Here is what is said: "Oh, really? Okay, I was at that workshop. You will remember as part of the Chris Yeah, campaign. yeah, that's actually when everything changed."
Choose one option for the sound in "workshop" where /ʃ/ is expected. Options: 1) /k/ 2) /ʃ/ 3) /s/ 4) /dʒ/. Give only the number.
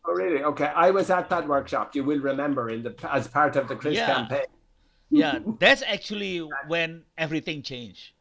2